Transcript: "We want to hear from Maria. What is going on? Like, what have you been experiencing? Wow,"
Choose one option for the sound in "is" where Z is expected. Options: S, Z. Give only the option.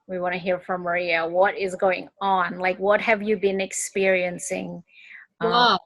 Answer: Z